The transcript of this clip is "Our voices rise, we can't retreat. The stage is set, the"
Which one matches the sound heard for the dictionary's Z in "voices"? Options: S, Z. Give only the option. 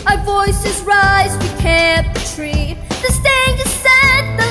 Z